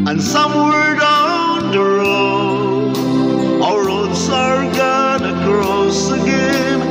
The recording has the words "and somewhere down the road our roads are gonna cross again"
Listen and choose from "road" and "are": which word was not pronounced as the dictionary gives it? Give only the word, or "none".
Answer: road